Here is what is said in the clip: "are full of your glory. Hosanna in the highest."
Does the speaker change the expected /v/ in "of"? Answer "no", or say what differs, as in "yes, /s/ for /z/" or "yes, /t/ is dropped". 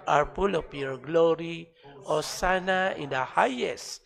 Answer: yes, /p/ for /v/